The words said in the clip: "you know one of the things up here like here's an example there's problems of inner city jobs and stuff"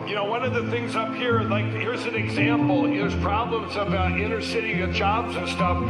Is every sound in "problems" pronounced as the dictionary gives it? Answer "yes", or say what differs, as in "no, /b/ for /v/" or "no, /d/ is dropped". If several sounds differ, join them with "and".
yes